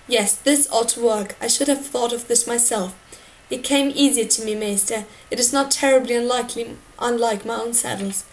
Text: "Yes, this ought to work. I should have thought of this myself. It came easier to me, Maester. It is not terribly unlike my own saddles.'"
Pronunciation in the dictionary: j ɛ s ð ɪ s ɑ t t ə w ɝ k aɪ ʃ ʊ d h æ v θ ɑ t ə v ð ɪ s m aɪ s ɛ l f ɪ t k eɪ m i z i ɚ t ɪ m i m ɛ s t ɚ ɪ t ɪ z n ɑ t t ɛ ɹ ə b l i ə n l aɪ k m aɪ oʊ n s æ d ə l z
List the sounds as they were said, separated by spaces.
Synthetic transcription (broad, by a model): j ɛ s ð ɪ s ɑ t t ə w ɝ k aɪ ʃ ʊ d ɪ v θ ɑ t ə v ð ɪ s m aɪ s ɛ l f ɪ t k eɪ m i z i ɚ t ɪ m i m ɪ s t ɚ ɪ t ɪ z n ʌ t t ɛ ɹ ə b l i ə n l aɪ k m aɪ oʊ n s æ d l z